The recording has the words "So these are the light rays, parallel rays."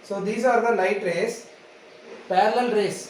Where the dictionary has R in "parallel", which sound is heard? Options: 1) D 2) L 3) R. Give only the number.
2